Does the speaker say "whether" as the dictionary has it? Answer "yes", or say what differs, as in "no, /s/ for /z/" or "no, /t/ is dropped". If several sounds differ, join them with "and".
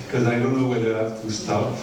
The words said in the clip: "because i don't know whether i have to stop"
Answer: no, /ð/ is dropped